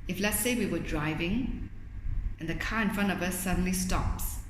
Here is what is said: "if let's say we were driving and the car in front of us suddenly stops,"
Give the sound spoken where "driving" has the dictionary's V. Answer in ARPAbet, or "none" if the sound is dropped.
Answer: V